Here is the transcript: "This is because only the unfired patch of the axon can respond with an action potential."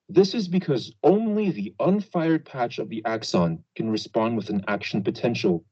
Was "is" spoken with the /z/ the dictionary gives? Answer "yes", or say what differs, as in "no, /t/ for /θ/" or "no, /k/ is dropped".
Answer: yes